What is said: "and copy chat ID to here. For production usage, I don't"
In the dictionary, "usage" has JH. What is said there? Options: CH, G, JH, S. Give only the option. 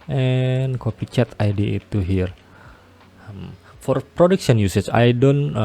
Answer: CH